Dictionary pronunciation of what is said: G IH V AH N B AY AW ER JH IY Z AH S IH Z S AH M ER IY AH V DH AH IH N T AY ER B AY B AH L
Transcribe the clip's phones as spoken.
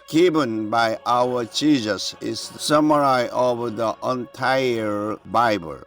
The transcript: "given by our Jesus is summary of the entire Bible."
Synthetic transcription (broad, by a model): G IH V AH N B AY AW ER CH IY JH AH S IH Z S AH M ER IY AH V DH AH IH N T AY ER B AY B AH L